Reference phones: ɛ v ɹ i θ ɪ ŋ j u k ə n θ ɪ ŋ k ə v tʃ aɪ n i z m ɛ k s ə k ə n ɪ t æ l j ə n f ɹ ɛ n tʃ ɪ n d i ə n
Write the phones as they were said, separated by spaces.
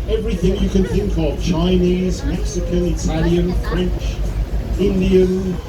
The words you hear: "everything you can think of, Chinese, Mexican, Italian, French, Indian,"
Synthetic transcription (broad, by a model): ɛ v ɹ i θ ɪ ŋ j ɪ k ə n θ ɪ ŋ k ə v tʃ aɪ n i z m ɛ k s ə k ə n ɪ t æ l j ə n f ɹ ɛ n tʃ ɪ n d i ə n